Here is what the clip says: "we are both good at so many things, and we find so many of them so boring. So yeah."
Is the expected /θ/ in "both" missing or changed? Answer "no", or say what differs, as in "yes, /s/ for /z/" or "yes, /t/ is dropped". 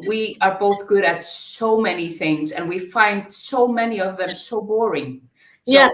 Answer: no